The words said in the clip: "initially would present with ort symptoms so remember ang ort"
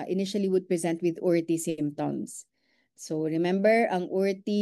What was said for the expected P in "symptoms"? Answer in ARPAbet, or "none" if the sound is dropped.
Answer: none